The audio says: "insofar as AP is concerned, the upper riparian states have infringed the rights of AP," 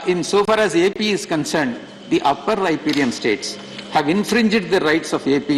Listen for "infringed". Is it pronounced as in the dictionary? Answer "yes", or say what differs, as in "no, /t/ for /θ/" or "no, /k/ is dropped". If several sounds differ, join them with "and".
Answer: yes